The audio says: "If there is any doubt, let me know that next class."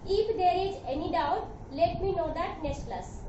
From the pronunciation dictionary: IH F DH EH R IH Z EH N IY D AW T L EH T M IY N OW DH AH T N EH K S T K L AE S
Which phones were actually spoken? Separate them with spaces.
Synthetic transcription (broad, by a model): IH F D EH R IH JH EH N IY D AW T L EH T M IY N OW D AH T N EH K S T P L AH S